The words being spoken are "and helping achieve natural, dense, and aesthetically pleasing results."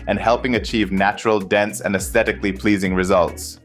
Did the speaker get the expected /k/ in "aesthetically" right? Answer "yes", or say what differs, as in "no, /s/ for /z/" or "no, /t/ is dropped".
yes